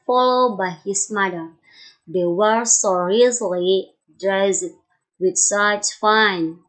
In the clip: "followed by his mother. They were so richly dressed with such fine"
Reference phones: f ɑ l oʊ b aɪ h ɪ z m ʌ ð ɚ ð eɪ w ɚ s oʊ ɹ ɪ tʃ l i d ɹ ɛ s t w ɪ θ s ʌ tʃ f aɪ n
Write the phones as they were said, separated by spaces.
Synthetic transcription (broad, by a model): f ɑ l oʊ b aɪ h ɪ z m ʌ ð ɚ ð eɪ w ɚ s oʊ ɹ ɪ s l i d ɹ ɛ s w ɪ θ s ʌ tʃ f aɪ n